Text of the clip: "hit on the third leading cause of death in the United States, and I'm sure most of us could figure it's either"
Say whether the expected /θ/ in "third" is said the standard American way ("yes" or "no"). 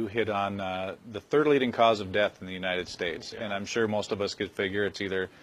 yes